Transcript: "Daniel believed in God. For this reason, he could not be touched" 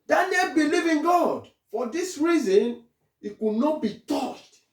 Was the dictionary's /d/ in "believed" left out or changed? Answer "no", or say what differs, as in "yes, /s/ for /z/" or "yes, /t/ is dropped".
yes, /d/ is dropped